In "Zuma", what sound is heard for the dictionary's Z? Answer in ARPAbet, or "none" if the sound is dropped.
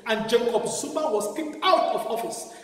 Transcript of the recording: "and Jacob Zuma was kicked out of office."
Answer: S